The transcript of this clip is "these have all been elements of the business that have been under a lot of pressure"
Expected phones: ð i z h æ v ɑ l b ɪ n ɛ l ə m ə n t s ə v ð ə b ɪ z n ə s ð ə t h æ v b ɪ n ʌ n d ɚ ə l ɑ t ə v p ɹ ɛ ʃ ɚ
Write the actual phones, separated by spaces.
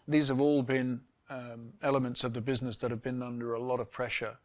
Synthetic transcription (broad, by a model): ð i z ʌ v ɑ l b ɪ n ɛ l ə m ə n t s ə v ð ə b ɪ z n ə s ð ə t h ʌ v b ɪ n ʌ n d ɚ ə l ɑ t ə v p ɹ ɛ ʃ ɚ